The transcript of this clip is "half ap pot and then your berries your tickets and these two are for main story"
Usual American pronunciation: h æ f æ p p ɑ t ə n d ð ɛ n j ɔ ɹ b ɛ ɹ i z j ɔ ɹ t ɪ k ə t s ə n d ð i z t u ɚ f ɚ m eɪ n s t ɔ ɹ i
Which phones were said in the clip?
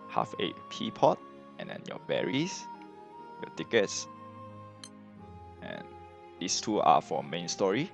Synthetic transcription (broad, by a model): h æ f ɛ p p ɑ t ə n d ɛ n j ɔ b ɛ ɹ i s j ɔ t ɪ k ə t s ə n d i s t u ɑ f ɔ m eɪ n s t ɔ ɹ i